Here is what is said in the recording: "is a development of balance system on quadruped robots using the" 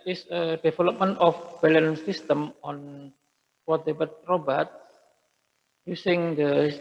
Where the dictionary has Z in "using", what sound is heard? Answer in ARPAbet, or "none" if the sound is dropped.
S